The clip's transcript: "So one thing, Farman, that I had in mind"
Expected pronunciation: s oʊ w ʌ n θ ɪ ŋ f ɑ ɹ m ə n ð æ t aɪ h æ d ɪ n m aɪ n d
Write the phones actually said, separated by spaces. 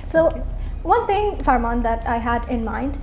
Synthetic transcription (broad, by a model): s oʊ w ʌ n t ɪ ŋ f ɑ ɹ m ə n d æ t aɪ h æ d ɪ n m aɪ n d